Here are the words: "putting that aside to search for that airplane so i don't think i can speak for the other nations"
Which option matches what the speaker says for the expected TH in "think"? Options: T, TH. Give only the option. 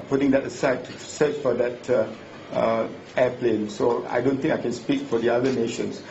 T